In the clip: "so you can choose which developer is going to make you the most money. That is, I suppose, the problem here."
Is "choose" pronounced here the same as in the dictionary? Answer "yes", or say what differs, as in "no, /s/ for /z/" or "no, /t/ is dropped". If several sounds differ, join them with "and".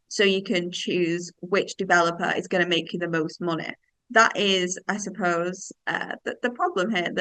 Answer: yes